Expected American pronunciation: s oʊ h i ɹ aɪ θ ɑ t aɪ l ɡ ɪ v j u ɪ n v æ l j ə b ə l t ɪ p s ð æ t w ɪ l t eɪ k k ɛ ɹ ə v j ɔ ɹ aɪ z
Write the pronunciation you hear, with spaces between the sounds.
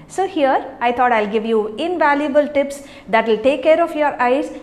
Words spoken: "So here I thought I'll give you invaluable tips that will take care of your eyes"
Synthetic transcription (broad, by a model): s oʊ h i ɹ aɪ t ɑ t aɪ l ɡ ɪ v j u ɪ n v æ l j ə b ə l t ɪ p s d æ t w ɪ l t eɪ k k ɛ ɹ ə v j ɔ ɹ aɪ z